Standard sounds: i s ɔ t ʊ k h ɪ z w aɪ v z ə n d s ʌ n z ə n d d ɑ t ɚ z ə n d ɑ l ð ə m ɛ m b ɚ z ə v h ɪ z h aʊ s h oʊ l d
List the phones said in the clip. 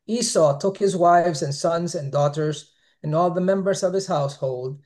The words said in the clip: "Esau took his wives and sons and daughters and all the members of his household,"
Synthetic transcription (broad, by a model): i s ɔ t ʊ k h ɪ z w aɪ v z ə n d s ʌ n z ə n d d ɑ t ɚ z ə n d ɑ l ð ə m ɛ m b ɚ z ə v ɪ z h aʊ s h oʊ l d